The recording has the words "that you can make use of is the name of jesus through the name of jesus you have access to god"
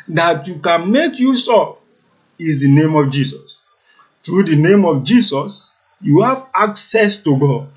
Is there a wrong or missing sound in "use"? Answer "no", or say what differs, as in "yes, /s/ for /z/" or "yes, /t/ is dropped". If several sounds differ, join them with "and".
no